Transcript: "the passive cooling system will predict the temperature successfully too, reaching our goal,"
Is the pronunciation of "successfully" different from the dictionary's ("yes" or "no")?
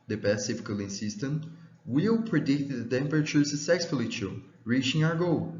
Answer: yes